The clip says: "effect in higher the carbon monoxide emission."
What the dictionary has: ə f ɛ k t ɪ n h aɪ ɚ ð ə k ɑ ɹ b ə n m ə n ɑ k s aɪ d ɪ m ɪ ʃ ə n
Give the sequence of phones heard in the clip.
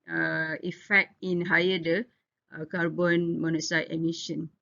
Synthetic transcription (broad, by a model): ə f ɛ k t ɪ n h aɪ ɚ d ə k ɑ ɹ b ə n m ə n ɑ s aɪ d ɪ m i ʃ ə n